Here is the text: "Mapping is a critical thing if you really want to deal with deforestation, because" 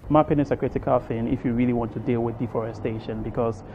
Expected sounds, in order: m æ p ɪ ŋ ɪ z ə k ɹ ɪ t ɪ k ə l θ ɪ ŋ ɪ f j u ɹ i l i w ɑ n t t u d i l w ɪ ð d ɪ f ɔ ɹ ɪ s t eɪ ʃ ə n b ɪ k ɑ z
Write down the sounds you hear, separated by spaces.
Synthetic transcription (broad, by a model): m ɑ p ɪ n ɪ s ə k ɹ ɪ t ɪ k ə l f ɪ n ɪ f j u ɹ i l i w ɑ n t t u d i l w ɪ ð d ɪ f ɔ ɹ ɪ s t eɪ ʃ ə n b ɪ k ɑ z